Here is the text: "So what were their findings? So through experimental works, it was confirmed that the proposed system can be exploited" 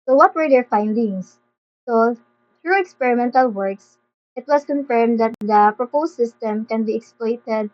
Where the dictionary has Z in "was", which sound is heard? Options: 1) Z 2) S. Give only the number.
2